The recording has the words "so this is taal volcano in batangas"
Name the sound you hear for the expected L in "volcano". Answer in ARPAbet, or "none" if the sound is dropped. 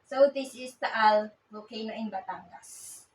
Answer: none